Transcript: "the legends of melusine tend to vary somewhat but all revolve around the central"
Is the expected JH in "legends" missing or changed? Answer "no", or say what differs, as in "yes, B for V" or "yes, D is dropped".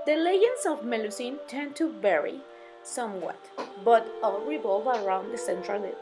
yes, JH is dropped